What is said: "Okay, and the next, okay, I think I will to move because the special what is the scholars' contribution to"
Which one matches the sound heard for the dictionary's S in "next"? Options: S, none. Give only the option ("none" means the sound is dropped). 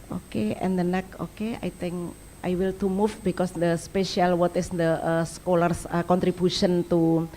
none